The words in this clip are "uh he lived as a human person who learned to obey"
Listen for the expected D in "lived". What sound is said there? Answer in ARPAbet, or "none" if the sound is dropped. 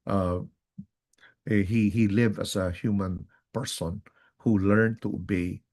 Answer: none